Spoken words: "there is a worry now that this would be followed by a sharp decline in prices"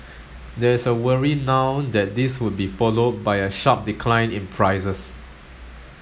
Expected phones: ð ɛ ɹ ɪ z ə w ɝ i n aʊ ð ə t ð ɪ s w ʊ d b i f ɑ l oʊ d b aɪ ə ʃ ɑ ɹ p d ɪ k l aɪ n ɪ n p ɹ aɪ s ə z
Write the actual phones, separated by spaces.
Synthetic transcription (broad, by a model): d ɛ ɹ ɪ s ə w ɝ i n aʊ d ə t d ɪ s w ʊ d b i f ɑ l oʊ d b aɪ ə ʃ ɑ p d ɪ k l aɪ n ɪ n p ɹ aɪ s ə s